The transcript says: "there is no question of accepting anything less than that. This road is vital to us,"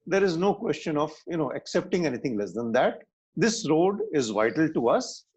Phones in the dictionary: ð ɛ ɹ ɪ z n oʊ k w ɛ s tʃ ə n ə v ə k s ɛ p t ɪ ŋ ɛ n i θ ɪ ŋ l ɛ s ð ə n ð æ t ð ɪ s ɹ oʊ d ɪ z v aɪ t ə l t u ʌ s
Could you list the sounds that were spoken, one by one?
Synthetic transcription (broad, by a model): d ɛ ɹ ɪ z n oʊ k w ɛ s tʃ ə n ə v ə k s ɛ p t ɪ ŋ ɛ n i t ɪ ŋ l ɛ s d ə n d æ t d ɪ s ɹ oʊ d ɪ z v aɪ t ə l t u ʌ s